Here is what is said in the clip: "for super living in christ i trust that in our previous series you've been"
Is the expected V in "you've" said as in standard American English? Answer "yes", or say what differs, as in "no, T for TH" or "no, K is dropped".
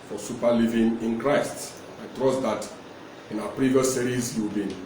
no, W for V